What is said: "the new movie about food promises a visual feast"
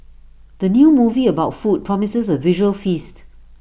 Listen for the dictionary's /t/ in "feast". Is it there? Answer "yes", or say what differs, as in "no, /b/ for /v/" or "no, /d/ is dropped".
yes